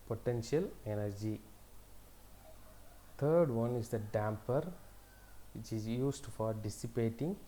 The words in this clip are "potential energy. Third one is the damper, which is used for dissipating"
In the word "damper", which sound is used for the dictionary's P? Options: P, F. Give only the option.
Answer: P